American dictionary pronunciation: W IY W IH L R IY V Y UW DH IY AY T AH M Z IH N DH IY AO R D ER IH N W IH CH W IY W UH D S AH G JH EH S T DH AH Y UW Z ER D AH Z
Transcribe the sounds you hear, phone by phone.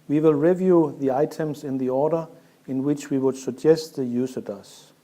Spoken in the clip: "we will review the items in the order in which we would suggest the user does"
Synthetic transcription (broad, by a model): W IY W IH L R IY V Y UW DH IY AY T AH M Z IH N DH IY AO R D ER IH N W IH CH W IY W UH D S AH G JH EH S T DH AH Y UW S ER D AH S